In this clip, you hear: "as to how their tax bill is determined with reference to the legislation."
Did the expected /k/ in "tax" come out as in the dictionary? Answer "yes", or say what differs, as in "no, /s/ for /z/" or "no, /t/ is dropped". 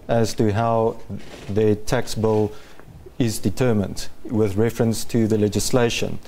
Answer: yes